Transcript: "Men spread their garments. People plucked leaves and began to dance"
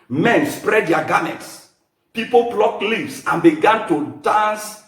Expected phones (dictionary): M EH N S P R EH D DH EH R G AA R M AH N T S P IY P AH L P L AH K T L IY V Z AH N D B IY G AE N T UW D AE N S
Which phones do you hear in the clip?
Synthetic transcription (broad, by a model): M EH N S P R EH D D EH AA G AA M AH T S P IY P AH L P L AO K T L IY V S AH N B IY G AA N T UW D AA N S